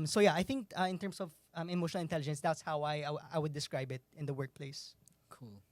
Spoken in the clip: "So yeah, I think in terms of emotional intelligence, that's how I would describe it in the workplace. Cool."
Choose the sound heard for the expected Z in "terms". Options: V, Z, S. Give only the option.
S